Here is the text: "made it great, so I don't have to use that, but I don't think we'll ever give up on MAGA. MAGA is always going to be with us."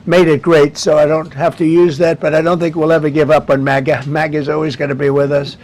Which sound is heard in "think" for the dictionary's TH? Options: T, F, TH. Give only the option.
TH